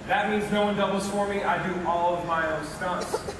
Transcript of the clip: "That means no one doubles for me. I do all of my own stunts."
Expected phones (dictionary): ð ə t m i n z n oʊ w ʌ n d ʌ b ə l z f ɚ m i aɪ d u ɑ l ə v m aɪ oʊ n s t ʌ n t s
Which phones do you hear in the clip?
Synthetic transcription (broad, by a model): ð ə t m i n z n oʊ w ʌ n d ʌ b l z f ɚ m i aɪ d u ɑ l ə v m aɪ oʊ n s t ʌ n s